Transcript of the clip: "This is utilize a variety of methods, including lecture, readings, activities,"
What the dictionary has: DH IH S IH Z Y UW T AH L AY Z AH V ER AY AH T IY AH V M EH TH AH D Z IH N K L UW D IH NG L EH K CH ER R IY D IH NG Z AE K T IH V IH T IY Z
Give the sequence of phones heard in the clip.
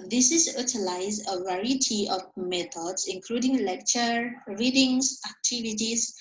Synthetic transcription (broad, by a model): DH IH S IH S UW T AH L AY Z AH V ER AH T IY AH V M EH T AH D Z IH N K L UW D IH NG L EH K CH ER R IY D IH NG S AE K T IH V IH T IY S